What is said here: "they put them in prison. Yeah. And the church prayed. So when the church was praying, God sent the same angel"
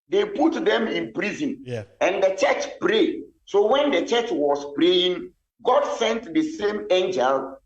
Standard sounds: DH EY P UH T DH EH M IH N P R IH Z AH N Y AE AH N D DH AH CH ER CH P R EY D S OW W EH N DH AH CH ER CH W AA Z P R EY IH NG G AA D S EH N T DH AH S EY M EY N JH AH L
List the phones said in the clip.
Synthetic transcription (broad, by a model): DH EY P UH T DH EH M IH N P R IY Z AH N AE AH N D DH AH CH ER CH P R EY D S OW W EH N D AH CH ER CH W AA S P R EY IH NG G AA D S EH N T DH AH S EY M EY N JH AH L